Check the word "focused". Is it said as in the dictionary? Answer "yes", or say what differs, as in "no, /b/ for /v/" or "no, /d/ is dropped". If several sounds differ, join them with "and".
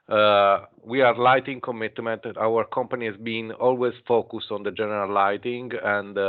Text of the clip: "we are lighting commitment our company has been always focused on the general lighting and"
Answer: yes